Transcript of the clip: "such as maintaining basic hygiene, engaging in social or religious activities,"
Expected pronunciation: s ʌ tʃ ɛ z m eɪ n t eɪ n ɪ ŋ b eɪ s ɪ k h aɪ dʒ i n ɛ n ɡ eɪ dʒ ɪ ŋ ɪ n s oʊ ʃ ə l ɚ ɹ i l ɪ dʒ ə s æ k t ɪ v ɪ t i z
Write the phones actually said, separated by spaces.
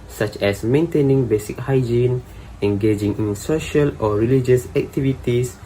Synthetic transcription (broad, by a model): s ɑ tʃ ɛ s m eɪ n t eɪ n ɪ ŋ b eɪ s ɪ k h aɪ dʒ i n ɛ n ɡ eɪ dʒ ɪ ŋ ɪ n s oʊ ʃ ə l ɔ ɹ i l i dʒ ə s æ k t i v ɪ t i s